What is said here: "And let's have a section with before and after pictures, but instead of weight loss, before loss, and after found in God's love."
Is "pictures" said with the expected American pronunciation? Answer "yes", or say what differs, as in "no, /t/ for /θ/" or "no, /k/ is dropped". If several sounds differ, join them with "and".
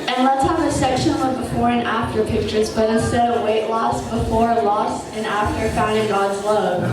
yes